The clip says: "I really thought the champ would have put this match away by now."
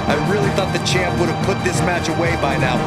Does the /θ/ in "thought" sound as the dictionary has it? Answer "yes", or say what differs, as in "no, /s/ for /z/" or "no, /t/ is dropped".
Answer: yes